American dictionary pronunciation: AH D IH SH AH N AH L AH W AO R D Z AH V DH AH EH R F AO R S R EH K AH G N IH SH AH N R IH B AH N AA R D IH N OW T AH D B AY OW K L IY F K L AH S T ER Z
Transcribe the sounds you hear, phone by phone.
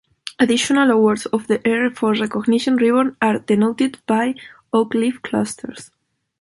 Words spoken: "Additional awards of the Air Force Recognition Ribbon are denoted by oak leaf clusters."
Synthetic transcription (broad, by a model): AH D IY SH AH N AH L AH W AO R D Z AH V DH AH EH R F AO R R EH K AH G N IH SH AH N R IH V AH N AA R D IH N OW T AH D B AY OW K L IY F K L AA S T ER S